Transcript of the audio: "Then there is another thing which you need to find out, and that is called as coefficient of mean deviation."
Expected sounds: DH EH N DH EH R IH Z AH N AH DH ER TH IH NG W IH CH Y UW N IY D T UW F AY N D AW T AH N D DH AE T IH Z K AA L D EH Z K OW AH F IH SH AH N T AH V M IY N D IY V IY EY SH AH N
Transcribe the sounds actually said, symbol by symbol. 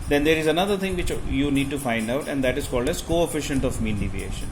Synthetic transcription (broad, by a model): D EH N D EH R IH Z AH N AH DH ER T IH NG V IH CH Y UW N IY D T UW F AY N D AW T AH N D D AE T IH Z K AA L D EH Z K OW AH F IH SH AH N T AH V M IY N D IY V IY EY SH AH N